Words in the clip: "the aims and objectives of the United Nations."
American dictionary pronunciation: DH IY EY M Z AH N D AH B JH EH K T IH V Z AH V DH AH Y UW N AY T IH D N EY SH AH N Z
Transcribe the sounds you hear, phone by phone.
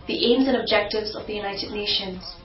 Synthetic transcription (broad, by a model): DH IY EY M Z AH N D AH B JH EH K T IH V Z AH V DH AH Y UW N AY T IH D N EY SH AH N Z